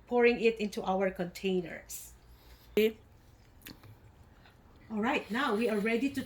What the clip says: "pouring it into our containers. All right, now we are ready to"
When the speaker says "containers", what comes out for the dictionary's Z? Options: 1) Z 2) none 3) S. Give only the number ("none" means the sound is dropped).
3